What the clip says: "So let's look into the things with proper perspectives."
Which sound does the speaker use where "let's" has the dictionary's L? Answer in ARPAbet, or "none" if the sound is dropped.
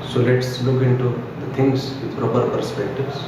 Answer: L